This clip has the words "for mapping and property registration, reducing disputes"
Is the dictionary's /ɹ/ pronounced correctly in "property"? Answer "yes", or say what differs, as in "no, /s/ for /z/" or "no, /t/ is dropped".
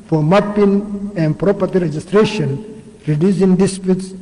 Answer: yes